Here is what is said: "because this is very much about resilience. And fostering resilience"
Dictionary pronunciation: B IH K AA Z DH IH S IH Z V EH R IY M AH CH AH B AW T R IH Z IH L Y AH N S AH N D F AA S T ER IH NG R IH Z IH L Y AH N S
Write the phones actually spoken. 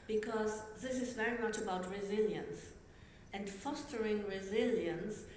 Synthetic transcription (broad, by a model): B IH K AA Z DH IH S IH Z V EH R IY M AH CH AH B AW T R IH Z IH L Y AH N S AH N D F AA S T ER IH NG R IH Z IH L Y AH N S